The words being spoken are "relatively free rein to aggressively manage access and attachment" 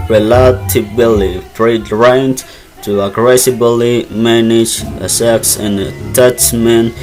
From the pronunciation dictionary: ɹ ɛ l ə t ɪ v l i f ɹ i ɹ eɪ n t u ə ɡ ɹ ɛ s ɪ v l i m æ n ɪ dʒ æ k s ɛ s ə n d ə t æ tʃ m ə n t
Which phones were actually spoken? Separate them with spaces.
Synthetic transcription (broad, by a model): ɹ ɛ l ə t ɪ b l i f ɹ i ɹ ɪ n t u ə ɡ ɹ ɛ s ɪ b l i m æ n ɪ dʒ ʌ s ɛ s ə n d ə t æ tʃ m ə n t